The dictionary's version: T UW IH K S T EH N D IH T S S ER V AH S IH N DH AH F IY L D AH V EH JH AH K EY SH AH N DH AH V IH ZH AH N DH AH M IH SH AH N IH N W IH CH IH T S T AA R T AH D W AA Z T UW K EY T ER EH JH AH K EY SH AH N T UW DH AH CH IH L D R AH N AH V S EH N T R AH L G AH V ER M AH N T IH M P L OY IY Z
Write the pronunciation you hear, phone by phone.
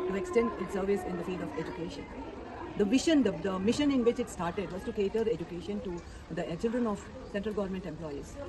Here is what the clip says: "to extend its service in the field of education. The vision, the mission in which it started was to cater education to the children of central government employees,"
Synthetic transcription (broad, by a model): T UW IH K S T EH N D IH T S S ER V AH S IH N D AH F IY L D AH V EH JH AH K EY SH AH N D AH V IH SH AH N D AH M IH SH AH N IH N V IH CH IH T S T AA R T AH D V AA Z T UW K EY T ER EH JH AH K EY SH AH N T UW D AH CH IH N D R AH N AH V S EH N T R AH L G AH V ER M AH N T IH M P L OY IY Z